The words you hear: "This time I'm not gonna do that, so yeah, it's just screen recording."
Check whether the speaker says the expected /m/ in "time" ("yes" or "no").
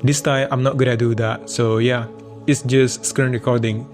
no